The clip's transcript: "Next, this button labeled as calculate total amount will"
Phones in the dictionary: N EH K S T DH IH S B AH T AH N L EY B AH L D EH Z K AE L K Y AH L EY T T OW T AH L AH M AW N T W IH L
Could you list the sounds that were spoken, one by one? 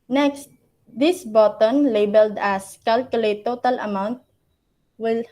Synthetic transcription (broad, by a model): N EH K S T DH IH S B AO T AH N L EY B AH L D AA S K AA L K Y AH L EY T T OW T AH L AH M AW N T W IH L